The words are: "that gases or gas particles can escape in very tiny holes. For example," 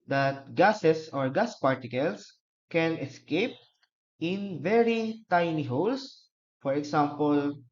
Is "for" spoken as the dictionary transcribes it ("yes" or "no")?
yes